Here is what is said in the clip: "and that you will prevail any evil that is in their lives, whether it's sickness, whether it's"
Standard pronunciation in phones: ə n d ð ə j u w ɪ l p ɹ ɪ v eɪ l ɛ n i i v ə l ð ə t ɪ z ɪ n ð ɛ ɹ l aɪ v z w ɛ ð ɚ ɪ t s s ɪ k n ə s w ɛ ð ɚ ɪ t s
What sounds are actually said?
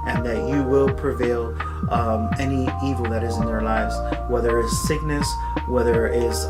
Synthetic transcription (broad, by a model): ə n ð ə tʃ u w ɪ l p ɹ ɪ v eɪ l ɛ n i i v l ð ə t ɪ z ɪ n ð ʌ ɹ l aɪ v z w ɛ ð ɚ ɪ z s s ɪ k n ə s w ɛ ð ɚ ɪ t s